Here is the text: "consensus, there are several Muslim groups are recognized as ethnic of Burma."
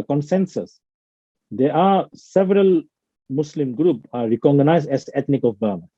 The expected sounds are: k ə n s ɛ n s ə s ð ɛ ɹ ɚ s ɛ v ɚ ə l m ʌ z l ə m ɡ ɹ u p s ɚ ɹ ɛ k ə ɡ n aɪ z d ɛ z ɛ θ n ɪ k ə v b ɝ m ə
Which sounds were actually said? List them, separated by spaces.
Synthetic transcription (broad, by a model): k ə n s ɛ n s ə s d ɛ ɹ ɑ s ɛ v ɚ ə l m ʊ s l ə m ɡ ɹ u p ɑ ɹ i k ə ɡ n aɪ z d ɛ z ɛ t n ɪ k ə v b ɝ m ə